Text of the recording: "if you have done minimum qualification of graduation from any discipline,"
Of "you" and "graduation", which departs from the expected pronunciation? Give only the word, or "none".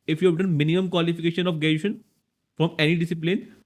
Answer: graduation